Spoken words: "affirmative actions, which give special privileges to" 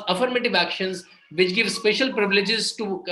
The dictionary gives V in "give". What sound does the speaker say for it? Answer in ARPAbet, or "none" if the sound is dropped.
V